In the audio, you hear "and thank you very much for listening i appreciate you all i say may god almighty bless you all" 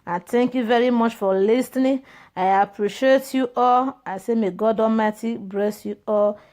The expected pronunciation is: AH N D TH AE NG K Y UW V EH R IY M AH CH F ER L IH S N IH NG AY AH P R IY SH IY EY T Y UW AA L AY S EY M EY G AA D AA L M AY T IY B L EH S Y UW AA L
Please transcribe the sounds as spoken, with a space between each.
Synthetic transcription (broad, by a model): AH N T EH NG K Y UW V EH R IY M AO CH F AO L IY S N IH AY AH P R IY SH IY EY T Y UW AA L AY S EY M EY G AA D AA M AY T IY B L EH S Y UW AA L